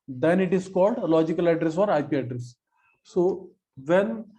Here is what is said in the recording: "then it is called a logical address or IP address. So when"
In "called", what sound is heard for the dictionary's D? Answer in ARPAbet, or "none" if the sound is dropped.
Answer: D